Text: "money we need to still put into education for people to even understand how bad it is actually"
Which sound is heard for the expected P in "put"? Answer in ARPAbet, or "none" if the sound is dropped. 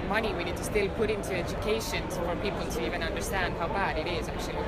P